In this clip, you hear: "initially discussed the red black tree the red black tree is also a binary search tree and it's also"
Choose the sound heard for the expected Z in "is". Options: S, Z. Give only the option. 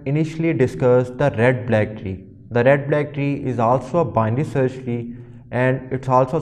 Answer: Z